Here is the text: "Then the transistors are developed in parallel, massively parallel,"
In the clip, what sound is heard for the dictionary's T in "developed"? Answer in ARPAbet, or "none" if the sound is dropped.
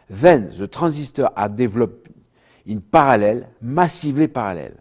none